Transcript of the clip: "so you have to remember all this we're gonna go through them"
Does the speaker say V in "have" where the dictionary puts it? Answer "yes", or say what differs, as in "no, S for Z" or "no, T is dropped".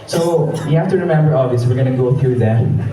no, F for V